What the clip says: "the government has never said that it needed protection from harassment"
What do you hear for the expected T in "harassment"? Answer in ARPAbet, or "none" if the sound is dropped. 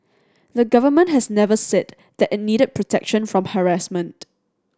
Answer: T